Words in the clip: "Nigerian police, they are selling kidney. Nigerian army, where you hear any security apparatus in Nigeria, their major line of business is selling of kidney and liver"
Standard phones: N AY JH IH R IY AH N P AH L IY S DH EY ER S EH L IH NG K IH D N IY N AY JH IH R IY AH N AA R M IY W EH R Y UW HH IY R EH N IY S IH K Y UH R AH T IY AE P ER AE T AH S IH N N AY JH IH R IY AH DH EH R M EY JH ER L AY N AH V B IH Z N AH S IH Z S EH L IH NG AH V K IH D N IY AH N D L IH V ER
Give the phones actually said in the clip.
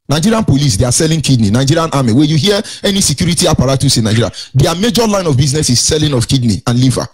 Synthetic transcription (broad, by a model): N AY JH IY R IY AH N P AH L IY S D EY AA S EH L IH NG K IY D N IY N AY JH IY R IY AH N AA M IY W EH Y UW HH IY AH EH N IY S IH K Y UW R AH T IY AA P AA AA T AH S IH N N AY JH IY R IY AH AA M EY JH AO L AY N AH V B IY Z N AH S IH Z S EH L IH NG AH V K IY D N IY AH N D L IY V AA